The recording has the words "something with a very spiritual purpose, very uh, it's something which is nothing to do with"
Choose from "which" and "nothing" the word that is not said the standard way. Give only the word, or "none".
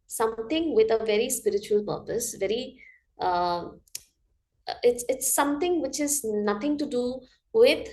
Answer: nothing